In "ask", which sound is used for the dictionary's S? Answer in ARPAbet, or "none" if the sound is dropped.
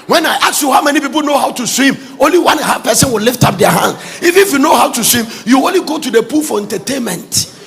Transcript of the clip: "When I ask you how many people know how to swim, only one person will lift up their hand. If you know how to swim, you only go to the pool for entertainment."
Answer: none